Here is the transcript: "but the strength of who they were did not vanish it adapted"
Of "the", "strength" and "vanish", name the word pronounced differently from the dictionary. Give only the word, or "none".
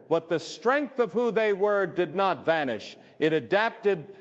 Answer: none